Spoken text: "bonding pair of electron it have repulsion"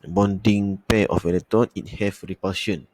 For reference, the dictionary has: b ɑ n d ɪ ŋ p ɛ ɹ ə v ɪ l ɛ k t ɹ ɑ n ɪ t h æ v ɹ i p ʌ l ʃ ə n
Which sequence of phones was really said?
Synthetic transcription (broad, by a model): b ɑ n d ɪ ŋ p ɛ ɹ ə f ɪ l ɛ t ɑ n ɪ t h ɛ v ɹ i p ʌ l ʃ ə n